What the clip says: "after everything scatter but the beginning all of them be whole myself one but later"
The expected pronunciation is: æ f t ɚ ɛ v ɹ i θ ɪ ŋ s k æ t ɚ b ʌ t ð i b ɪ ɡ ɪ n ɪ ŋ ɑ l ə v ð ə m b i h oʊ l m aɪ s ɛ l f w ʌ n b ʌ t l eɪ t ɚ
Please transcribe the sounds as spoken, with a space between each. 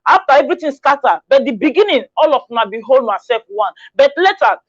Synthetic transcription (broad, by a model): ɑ f t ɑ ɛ v ɹ i t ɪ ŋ s k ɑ t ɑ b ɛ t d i b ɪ ɡ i n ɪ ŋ ɑ l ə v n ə b i h oʊ l m aɪ s ɛ l f w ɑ n b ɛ t l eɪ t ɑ